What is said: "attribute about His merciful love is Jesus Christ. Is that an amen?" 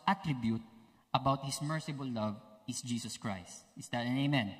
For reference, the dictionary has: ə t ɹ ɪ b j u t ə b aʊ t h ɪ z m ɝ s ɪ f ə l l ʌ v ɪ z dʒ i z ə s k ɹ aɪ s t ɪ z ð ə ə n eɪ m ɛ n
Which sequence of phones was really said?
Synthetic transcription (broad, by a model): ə t ɹ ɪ b j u t ə b aʊ t h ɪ s m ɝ s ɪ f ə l l ʌ v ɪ s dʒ i s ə s k ɹ aɪ s t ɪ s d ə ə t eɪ m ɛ n